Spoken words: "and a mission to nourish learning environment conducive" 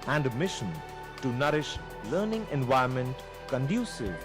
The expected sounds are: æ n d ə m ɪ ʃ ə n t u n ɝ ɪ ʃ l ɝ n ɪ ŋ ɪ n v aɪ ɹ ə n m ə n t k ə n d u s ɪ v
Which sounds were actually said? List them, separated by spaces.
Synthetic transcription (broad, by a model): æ n d m ɪ ʃ ə n t u n ɝ ɪ ʃ l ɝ n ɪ ŋ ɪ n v aɪ ə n m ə n t k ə n d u s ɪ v